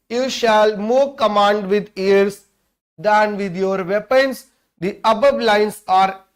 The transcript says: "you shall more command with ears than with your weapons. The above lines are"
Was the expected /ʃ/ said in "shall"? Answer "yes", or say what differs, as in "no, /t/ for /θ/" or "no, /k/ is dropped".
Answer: yes